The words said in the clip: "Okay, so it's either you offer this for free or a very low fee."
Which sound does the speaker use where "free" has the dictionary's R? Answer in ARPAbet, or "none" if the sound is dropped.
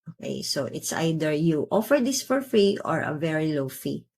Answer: R